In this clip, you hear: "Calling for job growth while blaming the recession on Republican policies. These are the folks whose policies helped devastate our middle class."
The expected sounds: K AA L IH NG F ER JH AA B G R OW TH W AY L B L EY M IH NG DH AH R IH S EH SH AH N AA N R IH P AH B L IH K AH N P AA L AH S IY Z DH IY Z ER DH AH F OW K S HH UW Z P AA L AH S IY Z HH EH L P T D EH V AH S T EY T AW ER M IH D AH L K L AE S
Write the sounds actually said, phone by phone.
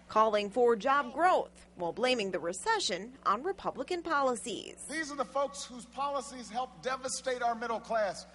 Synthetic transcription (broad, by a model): K AA L IH NG F ER JH AA B G R OW TH W AY L B L EY M IH NG DH AH R IH S EH SH AH N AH N R IH P AH B L IH K AH N P AA L AH S IY Z DH IY Z ER DH AH F OW K S HH UW Z P AA L AH S IY Z HH EH L P D EH V AH S T EY T AW ER M IH D L K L AE S